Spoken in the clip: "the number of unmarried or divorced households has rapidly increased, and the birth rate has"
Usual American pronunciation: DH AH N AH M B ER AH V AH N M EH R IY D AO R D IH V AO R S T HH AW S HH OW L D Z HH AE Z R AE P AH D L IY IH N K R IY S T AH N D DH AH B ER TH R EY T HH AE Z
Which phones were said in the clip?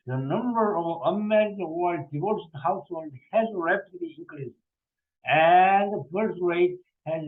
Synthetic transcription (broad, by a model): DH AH N AH M B ER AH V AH M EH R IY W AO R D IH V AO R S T HH AW S HH OW L D HH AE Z R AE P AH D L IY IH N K R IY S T AH N D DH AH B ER T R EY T HH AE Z